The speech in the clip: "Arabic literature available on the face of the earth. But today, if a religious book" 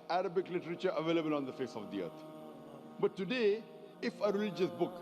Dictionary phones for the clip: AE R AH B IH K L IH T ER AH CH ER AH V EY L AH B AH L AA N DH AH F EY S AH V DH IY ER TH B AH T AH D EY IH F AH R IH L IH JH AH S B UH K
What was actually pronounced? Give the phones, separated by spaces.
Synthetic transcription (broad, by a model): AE R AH B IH K L IH T ER AH CH ER AH V EY L AH B AH L AA N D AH F EY S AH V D IY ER T B AH T AH D EY IH F AH R IH L IH JH AH S B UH K